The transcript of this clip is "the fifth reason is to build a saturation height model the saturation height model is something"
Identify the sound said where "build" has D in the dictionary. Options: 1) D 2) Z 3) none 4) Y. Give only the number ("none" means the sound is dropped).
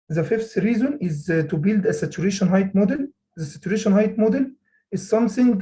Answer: 1